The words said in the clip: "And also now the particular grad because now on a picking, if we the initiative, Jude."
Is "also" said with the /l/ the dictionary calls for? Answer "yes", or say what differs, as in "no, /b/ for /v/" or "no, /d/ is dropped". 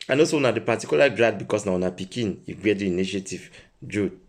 no, /l/ is dropped